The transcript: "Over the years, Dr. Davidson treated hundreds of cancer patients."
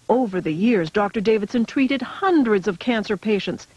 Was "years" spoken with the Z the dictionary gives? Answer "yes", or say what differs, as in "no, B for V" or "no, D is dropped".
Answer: yes